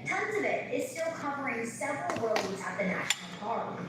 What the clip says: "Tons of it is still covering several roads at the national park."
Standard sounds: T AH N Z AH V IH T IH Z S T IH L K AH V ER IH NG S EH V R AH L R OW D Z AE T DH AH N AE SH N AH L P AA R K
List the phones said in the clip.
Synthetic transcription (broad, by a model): T AH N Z AH V IH T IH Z S T IH L K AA P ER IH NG S EH V R AH L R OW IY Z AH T DH AH N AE SH N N L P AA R